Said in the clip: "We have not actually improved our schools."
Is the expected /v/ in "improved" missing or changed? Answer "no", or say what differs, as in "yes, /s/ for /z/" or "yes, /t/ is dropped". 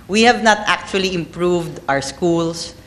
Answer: no